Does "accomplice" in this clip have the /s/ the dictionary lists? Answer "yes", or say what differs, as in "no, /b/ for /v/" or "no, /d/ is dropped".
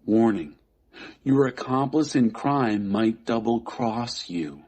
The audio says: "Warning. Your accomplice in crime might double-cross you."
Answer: yes